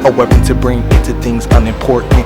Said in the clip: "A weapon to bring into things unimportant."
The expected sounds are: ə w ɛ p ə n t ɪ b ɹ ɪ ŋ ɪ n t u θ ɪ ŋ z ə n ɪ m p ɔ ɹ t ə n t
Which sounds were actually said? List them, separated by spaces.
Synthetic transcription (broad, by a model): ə w ɛ p ə n t ɪ b ɹ ɪ ŋ ɪ n t u θ ɪ ŋ z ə n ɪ m p ɔ ɹ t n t